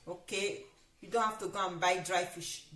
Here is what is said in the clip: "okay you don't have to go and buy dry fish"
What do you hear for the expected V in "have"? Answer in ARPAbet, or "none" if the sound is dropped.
F